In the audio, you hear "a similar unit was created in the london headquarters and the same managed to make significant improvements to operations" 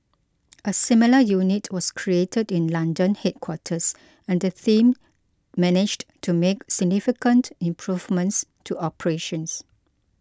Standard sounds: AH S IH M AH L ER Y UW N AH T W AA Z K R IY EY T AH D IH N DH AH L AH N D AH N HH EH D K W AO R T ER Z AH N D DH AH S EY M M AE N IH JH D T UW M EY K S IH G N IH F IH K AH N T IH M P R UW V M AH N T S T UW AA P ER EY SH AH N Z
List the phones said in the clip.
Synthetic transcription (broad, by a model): AH S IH M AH L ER Y UW N AH T W AA S K R IY EY T AH D IH N L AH N D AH N HH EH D K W AO T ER S AH N D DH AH TH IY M M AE N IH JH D T UW M EY K S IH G N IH F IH K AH N T IH M P R UW V M AH N T S T UW AA P ER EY SH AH N S